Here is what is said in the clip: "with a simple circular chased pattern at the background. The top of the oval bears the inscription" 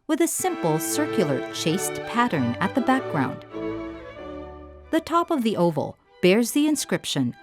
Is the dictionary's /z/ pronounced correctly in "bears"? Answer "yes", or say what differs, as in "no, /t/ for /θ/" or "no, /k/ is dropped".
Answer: yes